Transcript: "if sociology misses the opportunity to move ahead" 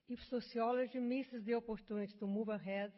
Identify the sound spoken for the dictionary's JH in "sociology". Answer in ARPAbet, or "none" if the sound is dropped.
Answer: ZH